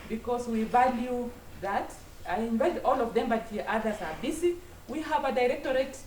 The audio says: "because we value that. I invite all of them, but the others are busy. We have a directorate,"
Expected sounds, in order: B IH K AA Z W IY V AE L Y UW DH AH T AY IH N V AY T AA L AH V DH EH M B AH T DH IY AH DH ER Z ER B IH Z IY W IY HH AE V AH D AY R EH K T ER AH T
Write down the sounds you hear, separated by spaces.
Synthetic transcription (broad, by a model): B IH K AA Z W IY V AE L Y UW DH AH T AY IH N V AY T AA L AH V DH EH M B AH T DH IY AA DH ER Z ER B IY S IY W IY HH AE V AH D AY R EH K T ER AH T